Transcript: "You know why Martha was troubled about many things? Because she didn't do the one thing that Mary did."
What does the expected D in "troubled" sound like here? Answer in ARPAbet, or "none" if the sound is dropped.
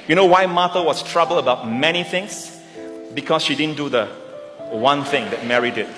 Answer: none